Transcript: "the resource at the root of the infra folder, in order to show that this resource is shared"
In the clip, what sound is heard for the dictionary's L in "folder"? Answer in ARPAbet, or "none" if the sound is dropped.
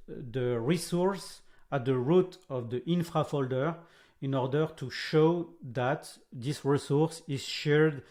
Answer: L